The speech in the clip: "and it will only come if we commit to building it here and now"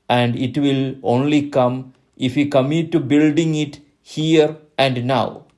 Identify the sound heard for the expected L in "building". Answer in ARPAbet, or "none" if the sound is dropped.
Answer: L